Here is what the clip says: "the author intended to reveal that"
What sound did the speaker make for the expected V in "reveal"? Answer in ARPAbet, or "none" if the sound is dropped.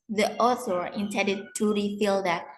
F